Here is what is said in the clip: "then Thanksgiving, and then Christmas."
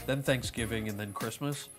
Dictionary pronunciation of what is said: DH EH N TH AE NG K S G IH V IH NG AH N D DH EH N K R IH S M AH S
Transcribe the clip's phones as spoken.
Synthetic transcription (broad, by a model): DH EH N TH AE NG K S G IH V IH NG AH N DH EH N K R IH S M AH S